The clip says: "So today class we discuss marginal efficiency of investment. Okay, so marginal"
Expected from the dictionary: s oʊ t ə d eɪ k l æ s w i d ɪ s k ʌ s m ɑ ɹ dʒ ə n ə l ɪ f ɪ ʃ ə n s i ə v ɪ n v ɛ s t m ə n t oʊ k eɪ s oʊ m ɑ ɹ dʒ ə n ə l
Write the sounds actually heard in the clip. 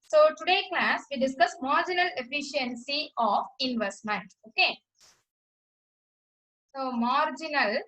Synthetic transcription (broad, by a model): s oʊ t ə d eɪ k l æ s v i d ɪ s k ʌ s m ɑ ɹ dʒ ə n ə l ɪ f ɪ ʃ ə n s i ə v ɪ n v ɛ s t m ə n t oʊ k eɪ s oʊ m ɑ ɹ dʒ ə n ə l